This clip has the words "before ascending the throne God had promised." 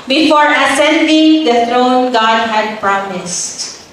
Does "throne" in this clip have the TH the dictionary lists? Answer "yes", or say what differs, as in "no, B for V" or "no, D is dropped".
no, T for TH